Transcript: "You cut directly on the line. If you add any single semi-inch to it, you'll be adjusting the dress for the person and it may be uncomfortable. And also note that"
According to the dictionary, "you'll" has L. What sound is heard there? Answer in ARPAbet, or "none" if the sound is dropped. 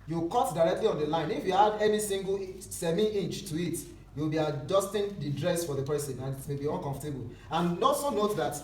W